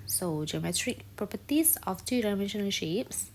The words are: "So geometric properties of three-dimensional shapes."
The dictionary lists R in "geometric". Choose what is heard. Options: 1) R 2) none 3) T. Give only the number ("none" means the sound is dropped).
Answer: 1